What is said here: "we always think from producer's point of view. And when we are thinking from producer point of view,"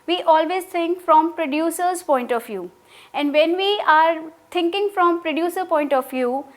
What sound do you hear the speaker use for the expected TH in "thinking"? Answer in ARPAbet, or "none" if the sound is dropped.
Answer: T